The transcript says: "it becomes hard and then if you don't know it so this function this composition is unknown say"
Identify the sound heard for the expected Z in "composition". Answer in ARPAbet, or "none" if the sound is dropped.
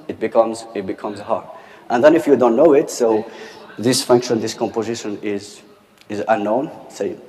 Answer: Z